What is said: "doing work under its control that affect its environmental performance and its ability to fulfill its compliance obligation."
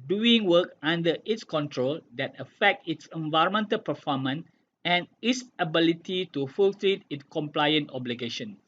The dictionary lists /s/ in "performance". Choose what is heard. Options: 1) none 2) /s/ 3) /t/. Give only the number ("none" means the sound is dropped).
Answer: 1